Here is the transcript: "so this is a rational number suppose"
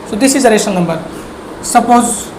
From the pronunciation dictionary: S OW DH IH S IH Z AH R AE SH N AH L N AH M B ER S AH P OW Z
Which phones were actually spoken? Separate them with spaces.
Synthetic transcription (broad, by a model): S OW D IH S IH Z AH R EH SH AH N N AH M B ER S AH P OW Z